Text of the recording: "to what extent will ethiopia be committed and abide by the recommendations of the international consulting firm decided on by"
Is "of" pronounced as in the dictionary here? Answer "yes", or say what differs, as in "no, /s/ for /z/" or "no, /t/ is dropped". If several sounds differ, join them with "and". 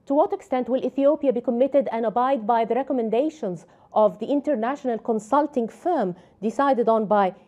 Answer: yes